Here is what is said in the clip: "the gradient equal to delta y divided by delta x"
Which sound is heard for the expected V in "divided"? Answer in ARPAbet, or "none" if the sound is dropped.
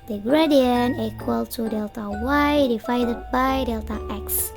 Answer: F